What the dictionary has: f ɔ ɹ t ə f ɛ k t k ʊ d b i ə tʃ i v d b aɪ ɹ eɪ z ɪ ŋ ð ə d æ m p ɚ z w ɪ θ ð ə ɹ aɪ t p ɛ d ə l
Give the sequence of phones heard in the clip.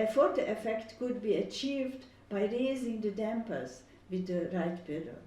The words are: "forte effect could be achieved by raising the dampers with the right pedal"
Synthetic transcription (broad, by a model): f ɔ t t ə f ɛ k t k ʊ d b i ə tʃ i v d b aɪ ɹ eɪ z ɪ ŋ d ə d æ m p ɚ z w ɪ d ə ɹ aɪ t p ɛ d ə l